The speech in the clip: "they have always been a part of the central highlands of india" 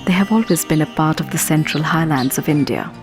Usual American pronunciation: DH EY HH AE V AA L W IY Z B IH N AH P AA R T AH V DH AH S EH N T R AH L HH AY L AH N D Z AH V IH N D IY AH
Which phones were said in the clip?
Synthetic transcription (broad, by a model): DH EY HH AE V AA L W IY Z B IH N AH P AA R T AH V DH AH S EH N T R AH L HH AY L AH N D Z AH V IH N D IY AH